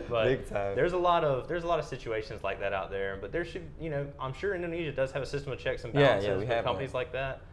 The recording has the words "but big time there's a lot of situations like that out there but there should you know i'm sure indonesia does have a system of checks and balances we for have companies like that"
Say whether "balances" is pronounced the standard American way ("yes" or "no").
no